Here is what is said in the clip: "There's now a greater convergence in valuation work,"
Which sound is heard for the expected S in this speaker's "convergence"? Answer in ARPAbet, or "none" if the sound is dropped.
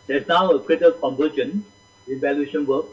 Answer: none